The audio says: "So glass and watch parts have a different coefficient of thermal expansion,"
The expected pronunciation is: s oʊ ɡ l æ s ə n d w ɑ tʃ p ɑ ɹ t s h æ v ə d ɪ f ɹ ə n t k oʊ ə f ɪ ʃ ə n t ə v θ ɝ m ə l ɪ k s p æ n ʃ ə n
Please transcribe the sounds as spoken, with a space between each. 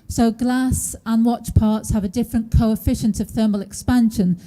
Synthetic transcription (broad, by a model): s oʊ ɡ l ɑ s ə n w ɑ tʃ p ɑ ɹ t s h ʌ v ə d ɪ f ɹ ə n k oʊ ə f ɪ ʃ ə n t ə v θ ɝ m ə l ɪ k s p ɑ n ʃ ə n